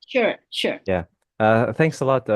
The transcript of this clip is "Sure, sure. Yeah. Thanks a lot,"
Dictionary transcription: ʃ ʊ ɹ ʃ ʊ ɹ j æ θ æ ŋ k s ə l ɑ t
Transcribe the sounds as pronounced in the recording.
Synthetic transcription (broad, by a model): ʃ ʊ ɹ ʃ ʊ ɹ j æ θ æ ŋ k s ə l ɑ t